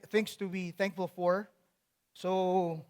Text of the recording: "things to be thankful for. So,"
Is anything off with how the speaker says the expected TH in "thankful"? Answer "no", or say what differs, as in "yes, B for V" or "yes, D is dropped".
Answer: no